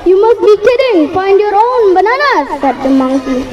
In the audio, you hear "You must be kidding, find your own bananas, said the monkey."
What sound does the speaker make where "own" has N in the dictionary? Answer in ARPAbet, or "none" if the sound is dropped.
N